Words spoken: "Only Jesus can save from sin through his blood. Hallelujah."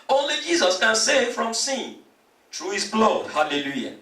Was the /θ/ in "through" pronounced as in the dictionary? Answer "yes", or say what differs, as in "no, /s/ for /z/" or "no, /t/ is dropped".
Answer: no, /t/ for /θ/